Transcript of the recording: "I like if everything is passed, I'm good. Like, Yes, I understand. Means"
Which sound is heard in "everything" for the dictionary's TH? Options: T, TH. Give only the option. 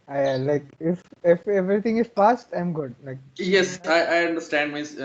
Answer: T